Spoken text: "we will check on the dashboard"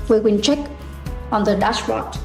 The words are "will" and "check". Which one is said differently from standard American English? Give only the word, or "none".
will